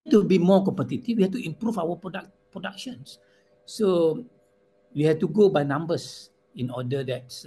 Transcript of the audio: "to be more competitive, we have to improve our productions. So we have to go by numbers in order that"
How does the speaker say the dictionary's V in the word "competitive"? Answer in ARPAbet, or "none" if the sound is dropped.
F